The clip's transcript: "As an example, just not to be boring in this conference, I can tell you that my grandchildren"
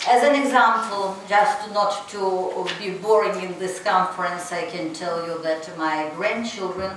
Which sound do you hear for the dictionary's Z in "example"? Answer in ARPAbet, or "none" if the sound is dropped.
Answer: Z